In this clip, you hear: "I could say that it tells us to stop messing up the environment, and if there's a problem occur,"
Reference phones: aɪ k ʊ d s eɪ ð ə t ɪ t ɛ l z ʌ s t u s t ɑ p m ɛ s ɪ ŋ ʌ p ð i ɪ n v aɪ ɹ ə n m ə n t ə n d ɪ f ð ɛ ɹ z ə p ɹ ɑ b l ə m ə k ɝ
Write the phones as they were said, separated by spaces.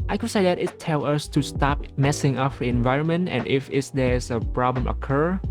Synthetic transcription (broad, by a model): aɪ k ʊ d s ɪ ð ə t ɪ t ɛ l ʌ s t u s t ɑ p m ɛ s ɪ ŋ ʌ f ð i ɪ n v aɪ ɹ ə n m ə n t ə n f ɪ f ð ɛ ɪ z ə p ɹ ɑ b l ə m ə k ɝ